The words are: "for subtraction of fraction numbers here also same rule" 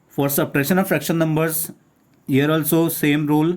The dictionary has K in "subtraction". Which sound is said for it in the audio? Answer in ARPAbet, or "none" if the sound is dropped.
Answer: none